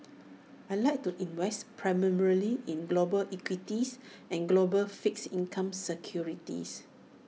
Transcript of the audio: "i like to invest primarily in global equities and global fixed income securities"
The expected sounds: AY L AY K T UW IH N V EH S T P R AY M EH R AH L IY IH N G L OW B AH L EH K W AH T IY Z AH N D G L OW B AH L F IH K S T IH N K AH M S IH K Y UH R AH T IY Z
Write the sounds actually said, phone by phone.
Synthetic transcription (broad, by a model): AY L AY K T UW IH N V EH S T P R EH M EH R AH L IY IH N G L OW B AH L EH K W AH T IY S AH N G L OW B AH L F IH K S IY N K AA M S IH K Y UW R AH T IY S